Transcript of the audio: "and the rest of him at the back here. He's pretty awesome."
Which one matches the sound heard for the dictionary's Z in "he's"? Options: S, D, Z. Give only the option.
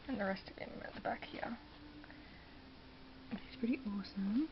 S